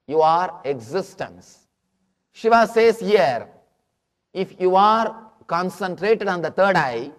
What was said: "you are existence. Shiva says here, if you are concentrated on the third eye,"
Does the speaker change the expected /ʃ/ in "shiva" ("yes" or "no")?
no